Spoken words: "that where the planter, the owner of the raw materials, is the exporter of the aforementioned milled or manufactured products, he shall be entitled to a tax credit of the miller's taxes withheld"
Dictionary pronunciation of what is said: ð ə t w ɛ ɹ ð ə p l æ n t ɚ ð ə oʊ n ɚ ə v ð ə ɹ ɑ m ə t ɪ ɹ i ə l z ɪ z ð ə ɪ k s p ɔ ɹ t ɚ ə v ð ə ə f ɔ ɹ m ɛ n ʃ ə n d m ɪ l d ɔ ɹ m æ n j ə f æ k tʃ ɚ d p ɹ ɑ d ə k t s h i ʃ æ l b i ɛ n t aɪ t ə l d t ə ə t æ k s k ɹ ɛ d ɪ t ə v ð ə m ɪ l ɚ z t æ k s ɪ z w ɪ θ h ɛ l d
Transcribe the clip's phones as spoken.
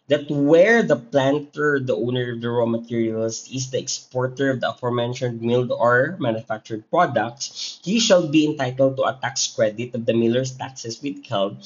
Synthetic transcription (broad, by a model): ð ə t w ɛ ɹ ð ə p l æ n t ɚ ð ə oʊ n ɚ ə v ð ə ɹ ɑ m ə t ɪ ɹ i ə l s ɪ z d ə ɪ k s p ɔ ɹ t ɚ ə v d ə ə f ɔ ɹ m ɛ n ʃ ə n d m ɪ l d ɔ ɹ m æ n j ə f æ k tʃ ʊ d p ɹ ɑ d ə k t s h i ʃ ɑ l b i ɛ n t aɪ t ə l d t ə ə t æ k s k ɹ ɛ d ɪ t ə v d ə m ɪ l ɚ s t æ k s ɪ s w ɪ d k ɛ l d